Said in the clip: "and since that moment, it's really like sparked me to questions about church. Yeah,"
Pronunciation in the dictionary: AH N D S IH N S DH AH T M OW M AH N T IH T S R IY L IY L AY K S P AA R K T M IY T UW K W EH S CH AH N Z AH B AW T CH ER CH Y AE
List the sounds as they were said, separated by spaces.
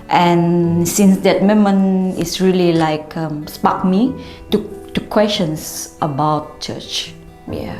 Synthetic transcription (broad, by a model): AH N S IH N S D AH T M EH M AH N IH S R IY L IY L AY K S P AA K M IY T UW K W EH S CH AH N S AH B AW T CH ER CH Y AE